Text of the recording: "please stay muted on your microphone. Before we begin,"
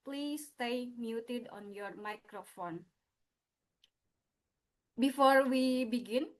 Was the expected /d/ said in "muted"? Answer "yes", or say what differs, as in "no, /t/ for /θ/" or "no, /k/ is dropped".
yes